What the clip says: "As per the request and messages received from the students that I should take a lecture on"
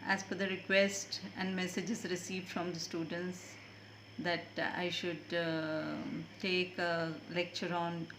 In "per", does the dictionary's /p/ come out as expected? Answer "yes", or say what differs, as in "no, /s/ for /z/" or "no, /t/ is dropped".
no, /f/ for /p/